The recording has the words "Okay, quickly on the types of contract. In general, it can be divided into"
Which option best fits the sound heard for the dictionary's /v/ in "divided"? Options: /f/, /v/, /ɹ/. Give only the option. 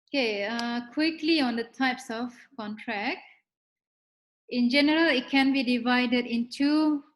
/v/